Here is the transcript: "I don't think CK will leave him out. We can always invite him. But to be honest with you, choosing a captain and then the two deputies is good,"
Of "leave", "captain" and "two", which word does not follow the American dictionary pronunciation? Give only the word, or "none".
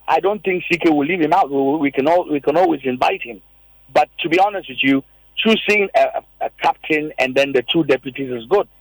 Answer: none